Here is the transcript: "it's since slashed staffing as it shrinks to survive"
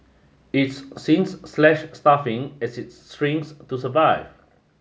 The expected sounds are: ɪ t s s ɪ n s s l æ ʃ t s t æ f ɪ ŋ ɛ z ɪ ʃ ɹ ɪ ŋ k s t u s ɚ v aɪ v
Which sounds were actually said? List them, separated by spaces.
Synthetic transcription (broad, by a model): ɪ t s s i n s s l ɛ ʃ s t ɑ f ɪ ŋ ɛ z ɪ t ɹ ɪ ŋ s t u s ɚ v aɪ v